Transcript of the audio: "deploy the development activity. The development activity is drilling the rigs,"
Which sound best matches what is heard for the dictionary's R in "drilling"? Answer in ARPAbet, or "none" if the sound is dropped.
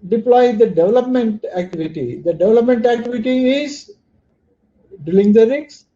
none